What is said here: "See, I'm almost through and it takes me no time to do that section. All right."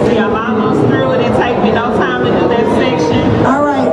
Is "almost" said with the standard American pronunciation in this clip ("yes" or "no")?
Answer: no